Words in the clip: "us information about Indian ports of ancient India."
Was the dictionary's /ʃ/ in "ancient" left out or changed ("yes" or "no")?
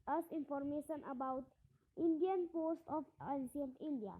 yes